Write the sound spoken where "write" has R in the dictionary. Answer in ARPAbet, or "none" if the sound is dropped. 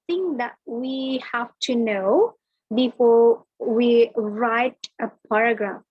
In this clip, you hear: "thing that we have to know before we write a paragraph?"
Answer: R